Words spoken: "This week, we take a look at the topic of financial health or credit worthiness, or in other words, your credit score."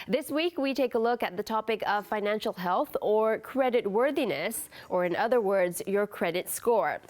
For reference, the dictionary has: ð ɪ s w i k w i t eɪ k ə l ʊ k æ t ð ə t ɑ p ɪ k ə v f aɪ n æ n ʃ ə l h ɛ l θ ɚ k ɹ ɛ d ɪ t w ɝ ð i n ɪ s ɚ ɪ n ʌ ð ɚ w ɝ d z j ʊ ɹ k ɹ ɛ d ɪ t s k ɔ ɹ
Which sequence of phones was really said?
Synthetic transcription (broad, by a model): ð ɪ s w i k w i t eɪ k ə l ʊ k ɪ t ð ə t ɑ p ɪ k ə v f aɪ n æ n ʃ l h ɛ l θ ɚ k ɹ ɛ d ɪ t w ɝ ð i n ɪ s ɚ ɪ n ʌ ð ɚ w ɝ d z j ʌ ɹ k ɹ ɛ d ɪ t s k ɔ ɹ